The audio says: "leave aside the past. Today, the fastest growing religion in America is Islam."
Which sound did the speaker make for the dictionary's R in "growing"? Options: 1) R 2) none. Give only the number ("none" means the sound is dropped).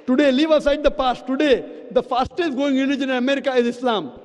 2